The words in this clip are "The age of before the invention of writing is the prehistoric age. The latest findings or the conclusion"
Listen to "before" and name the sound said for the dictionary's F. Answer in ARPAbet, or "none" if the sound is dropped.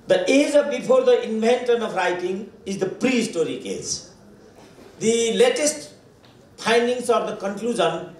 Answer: P